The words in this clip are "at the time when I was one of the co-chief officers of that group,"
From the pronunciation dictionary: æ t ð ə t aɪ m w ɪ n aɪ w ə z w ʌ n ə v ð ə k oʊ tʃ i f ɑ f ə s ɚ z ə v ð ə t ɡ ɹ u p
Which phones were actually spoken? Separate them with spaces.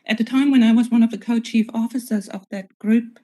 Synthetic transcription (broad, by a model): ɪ t ð ə t aɪ m w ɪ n aɪ w ə z w ʌ n ə v ð ə k oʊ tʃ i f ɑ f ə s ɚ z ə v ð ə t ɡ ɹ u p